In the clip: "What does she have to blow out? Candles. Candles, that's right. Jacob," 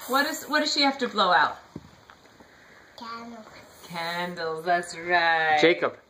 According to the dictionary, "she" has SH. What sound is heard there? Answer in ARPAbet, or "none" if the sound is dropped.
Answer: SH